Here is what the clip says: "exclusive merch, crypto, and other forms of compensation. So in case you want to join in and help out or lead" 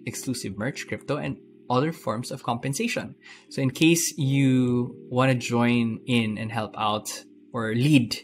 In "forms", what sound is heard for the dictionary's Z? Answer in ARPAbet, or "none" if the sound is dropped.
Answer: S